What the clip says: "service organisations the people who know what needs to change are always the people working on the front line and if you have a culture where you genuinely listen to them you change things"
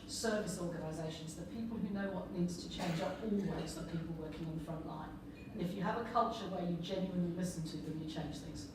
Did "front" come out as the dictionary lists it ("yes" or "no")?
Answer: yes